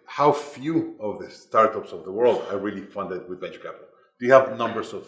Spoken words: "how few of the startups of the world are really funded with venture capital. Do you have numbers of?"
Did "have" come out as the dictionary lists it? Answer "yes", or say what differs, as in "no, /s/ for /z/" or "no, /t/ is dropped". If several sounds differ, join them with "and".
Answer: yes